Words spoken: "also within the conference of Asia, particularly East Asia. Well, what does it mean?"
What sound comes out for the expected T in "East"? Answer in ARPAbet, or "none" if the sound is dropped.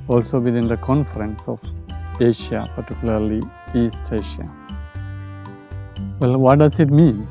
T